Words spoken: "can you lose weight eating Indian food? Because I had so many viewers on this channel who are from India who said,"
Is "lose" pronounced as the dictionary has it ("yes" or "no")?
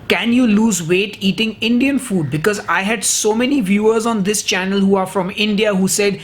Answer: yes